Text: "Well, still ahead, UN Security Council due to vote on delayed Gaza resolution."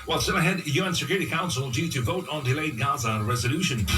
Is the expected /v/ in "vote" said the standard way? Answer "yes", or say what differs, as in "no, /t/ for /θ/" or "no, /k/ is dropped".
yes